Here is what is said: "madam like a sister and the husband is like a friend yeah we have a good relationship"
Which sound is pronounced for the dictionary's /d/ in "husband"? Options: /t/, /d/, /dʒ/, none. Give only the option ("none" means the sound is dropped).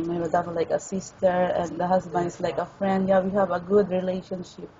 none